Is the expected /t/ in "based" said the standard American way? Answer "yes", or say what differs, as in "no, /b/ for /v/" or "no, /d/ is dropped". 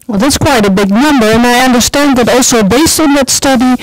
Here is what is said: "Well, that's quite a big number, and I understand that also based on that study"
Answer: no, /t/ is dropped